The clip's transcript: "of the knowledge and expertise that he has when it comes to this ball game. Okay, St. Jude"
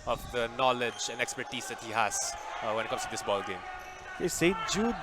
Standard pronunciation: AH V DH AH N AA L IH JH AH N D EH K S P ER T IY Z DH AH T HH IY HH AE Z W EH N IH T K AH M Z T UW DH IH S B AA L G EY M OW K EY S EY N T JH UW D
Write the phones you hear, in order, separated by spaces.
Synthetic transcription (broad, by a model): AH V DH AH N AA L IH JH AH N D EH K S P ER T IY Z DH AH T HH IY HH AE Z W EH N IH T K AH M S T UW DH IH S B AA L G EY M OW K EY S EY T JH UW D